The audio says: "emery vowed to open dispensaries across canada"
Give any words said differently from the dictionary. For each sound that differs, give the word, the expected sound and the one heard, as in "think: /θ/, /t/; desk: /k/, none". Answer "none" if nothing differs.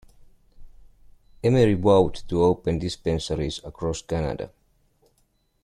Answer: vowed: /v/, /w/